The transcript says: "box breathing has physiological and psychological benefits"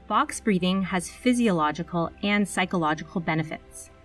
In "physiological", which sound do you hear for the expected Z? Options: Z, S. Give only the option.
Z